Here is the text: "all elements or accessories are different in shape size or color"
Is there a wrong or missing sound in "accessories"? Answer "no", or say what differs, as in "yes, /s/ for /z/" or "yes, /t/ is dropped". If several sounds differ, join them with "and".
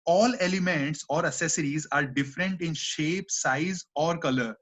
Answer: yes, /k/ is dropped